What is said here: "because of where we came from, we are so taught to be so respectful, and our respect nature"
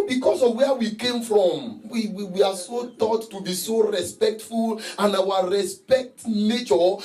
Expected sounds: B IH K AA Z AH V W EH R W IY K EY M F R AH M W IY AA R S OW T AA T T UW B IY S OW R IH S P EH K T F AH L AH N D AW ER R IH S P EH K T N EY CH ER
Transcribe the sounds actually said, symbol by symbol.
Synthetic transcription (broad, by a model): B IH K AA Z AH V W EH W IY K EY M F R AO M W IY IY W S OW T AA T T UW B IY S OW R IH S P EH K T F AH L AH N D AW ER R IH S P EH K T N EY CH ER